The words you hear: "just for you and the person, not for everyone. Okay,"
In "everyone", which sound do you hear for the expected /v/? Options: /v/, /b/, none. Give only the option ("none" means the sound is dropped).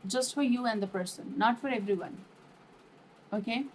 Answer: /v/